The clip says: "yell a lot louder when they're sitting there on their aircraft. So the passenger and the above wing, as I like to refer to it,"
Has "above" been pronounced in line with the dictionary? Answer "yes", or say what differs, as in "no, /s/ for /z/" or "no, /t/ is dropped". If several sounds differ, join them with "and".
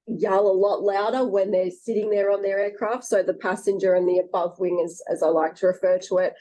yes